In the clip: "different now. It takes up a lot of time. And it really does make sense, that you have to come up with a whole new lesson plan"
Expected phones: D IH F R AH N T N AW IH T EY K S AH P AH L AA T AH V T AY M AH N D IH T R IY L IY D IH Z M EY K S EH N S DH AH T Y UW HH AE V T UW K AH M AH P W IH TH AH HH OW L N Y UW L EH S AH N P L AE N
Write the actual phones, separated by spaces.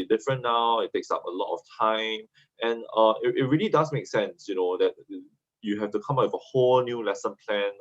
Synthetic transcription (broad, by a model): D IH F R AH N N AW IH T EY K S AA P AH L AA T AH F T AY M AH N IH IH T R IY L IY D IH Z M EY K S EH N S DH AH T Y UW HH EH F T UW K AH M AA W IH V AH HH OW L N Y UW L EH S AH N P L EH N